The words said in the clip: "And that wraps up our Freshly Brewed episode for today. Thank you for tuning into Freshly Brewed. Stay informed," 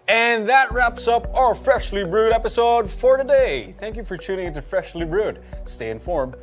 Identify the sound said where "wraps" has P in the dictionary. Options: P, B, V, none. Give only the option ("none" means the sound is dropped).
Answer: P